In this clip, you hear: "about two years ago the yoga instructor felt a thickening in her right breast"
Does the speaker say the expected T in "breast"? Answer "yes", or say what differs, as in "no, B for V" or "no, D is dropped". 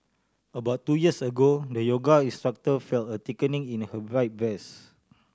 no, T is dropped